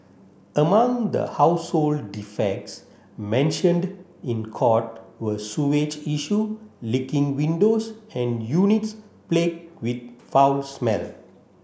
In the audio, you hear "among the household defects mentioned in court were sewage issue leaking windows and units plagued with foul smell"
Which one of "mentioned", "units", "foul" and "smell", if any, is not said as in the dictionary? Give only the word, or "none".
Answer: none